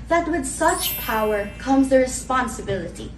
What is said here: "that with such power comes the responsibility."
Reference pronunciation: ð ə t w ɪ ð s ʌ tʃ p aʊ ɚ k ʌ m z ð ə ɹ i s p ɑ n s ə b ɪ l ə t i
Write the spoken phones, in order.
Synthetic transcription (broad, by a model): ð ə t w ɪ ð s ʌ tʃ p aʊ ɚ k ʌ m z ð ə ɹ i s p ɑ n s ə b ɪ l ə t i